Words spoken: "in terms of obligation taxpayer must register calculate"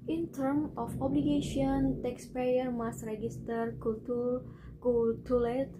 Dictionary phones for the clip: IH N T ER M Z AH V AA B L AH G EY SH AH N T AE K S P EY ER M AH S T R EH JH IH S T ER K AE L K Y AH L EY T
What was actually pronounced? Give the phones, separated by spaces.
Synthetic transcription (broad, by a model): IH N T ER M AH F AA B L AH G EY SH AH N T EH K S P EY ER M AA S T R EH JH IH S T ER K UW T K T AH L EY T